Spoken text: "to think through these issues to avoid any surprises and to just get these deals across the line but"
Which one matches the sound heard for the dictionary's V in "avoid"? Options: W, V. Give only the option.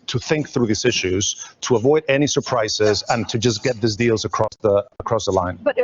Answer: V